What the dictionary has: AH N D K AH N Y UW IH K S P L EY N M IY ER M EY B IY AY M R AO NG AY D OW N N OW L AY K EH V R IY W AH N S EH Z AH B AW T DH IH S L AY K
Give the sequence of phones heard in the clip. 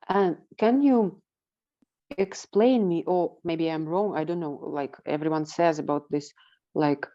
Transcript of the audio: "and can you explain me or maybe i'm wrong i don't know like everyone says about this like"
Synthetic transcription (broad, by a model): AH N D K AH N Y UW IH K S P L EY N M IY ER M EY B IY AY M R AO NG AY D OW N N OW L AY K EH V R IY W AH N S EH Z AH B AW T DH IH S L AY K